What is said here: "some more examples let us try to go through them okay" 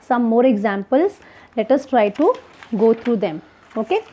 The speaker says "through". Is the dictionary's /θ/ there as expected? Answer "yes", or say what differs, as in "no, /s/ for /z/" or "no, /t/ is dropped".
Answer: no, /t/ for /θ/